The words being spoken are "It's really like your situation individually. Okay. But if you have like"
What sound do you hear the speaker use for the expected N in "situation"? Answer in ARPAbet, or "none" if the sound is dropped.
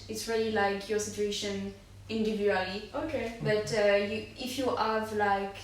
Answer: N